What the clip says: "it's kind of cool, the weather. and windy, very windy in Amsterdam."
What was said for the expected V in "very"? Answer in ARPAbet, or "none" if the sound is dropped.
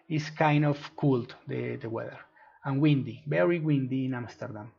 B